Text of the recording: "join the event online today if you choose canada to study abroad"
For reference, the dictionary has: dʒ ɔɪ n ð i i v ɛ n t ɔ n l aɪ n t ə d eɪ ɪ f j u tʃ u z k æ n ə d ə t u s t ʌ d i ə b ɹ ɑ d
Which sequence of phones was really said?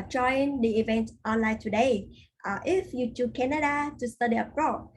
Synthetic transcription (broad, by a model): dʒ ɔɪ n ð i i v ɛ n t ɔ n l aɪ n t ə d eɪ ɪ f j u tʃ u k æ n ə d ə t u s t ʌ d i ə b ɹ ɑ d